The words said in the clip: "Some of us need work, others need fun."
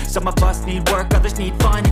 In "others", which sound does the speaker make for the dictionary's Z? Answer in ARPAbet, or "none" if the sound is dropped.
Z